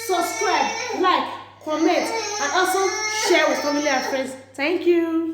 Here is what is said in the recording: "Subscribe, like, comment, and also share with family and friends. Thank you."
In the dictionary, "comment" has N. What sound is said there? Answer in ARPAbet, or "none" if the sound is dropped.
none